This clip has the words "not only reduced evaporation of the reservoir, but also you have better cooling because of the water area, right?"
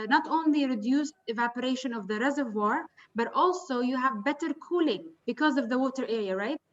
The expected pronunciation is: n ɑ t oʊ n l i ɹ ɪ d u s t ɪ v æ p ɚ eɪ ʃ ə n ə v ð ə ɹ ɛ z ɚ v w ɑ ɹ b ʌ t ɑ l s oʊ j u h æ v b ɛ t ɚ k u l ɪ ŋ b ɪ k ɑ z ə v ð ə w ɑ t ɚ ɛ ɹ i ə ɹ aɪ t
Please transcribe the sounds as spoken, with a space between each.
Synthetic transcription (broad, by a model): n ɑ t oʊ n l i ɹ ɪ d u s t ɪ v æ p ɚ eɪ ʃ ə n ə v ð ə ɹ ɛ z ɚ v w ɑ ɹ b ʌ t ɑ l s oʊ j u h æ v b ɛ t ɚ k u l ɪ ŋ b ɪ k ɑ z ə v ð ə w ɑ t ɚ ɛ ɹ i ə ɹ aɪ t